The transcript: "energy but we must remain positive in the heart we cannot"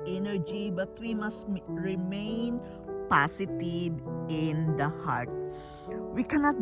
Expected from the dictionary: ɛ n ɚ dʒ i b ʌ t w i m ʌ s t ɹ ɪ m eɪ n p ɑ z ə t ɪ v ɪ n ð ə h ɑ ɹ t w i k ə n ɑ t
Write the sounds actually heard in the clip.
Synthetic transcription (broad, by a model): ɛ n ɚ dʒ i b ʌ t w i m ʌ s t ɹ ɪ m eɪ n p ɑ s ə t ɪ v ɪ n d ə h ɑ ɹ t w i k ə n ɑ t